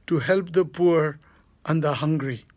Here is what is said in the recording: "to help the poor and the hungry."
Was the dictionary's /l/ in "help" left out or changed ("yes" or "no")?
no